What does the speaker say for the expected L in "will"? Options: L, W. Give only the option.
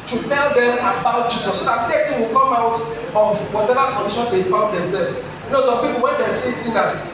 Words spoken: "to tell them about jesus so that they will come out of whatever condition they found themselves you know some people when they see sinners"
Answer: W